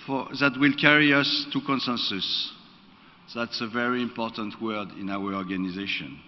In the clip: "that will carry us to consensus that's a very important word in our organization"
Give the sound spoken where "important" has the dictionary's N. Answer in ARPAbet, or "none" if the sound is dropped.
N